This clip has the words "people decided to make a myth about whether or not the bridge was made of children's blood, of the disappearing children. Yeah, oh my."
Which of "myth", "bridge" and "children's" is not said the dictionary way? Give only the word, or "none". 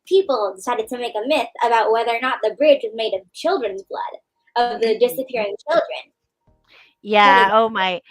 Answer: none